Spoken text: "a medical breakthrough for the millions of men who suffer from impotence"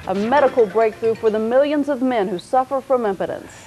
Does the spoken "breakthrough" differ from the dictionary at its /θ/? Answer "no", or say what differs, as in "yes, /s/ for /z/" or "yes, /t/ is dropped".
no